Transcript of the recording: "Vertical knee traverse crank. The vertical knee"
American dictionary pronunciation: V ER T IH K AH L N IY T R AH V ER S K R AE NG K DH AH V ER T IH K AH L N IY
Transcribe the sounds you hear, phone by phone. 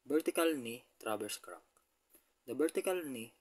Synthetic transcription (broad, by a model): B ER T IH K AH L N IY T R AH B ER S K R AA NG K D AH B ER T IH K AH L N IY